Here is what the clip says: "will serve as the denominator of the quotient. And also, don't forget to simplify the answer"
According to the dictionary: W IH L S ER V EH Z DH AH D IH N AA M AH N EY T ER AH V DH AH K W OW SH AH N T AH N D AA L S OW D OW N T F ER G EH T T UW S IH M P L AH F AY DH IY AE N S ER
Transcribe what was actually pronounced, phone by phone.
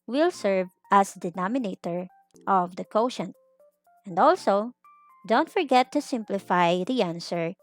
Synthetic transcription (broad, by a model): W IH L S ER V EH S D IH N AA M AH N EY T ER AH V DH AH K OW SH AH N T AH N D AA L S OW D OW N T F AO G EH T T UW S IH M P L AH F AY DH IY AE N S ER